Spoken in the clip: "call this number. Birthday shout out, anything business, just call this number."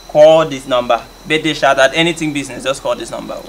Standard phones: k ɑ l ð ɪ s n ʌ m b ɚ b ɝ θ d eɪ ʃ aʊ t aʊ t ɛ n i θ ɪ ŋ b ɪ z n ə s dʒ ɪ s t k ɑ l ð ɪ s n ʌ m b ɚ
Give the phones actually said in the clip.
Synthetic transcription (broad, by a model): k ɑ l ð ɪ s n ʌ m b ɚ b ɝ t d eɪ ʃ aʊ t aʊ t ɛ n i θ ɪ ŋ b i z n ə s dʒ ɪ s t k ɑ l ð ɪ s n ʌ m b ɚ